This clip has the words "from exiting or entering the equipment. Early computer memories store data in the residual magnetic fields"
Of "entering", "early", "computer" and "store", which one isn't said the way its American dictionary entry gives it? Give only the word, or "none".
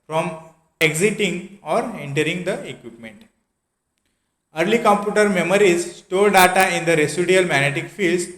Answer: store